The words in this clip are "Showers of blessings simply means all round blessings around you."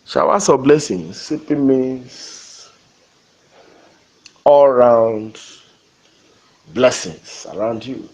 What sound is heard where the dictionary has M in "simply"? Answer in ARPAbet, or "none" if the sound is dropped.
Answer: none